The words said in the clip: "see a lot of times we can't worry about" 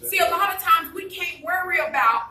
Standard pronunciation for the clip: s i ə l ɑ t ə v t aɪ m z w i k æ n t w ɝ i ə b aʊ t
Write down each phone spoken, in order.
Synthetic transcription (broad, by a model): s i ə l ɑ t ə v t aɪ m z w i k æ n t w ɝ i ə b aʊ t